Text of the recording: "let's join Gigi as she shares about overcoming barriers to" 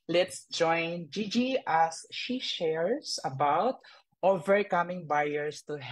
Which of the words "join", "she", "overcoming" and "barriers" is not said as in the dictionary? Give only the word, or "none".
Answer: barriers